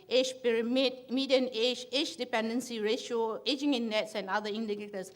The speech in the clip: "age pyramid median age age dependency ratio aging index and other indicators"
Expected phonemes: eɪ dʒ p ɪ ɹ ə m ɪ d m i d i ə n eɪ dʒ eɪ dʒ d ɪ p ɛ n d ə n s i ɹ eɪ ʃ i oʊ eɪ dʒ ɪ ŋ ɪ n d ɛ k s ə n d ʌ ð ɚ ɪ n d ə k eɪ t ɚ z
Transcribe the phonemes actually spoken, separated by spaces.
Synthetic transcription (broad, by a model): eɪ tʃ p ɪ ɹ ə m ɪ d m i d i ə n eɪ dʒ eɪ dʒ d ɪ p ɛ n d ə n s i ɹ eɪ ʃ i oʊ eɪ dʒ ɪ ŋ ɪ n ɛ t s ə n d ʌ i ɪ n d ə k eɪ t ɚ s